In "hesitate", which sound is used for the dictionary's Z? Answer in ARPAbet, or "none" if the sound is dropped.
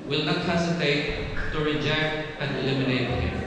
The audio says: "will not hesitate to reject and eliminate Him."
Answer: S